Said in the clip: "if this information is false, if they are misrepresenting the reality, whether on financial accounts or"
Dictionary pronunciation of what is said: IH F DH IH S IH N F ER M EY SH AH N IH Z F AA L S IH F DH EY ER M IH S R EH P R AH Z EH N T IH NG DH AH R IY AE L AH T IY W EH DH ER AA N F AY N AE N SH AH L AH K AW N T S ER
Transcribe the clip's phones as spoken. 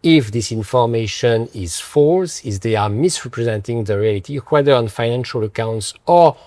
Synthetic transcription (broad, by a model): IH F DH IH S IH N F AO M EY SH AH N IH Z F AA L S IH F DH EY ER M IH S R EH P R AH Z EH N T IH NG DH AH R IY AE L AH T IY W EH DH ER AA N F AY N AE N SH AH L AH K AW N T S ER